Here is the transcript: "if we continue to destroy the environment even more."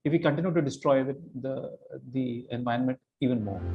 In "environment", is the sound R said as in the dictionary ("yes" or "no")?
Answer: no